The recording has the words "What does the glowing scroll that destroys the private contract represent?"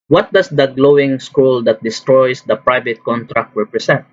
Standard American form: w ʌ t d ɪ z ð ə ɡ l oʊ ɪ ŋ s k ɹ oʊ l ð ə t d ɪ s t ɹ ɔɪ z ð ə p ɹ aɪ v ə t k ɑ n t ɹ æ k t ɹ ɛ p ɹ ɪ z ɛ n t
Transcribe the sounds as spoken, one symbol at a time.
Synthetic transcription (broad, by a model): w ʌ t d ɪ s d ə ɡ l oʊ ɪ ŋ s k u l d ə t d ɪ s t ɹ ɔɪ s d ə p ɹ aɪ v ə t k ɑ n t ɹ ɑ k t ɹ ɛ p ɹ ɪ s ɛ n t